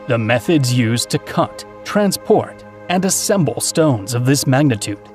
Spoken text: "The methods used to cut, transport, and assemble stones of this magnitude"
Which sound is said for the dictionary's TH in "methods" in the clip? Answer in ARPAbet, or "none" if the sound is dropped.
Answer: TH